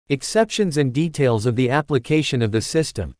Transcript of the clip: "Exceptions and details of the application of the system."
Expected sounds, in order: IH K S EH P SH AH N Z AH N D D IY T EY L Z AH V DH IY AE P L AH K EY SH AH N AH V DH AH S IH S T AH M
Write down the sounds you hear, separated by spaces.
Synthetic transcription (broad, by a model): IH K S EH P SH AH N Z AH N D D IY T EY L Z AH V DH IY AE P L AH K EY SH AH N AH V DH AH S IH S T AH M